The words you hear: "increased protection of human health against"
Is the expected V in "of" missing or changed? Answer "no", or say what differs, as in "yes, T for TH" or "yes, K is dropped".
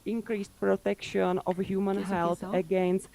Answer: yes, F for V